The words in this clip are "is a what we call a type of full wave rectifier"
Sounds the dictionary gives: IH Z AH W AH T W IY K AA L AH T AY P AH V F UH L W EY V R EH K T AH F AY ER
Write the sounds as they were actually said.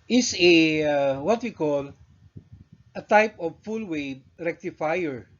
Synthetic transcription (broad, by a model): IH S AH W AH T W IY K AA L AH T AY P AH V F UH L W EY B R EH K T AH F AY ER